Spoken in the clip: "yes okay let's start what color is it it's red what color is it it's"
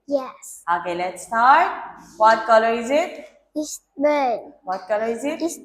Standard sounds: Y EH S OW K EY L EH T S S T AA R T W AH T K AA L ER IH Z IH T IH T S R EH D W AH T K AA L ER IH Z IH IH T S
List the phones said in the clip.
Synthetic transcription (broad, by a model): Y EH S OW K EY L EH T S S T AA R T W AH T K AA L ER IH Z IH T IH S W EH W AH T K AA L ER IH Z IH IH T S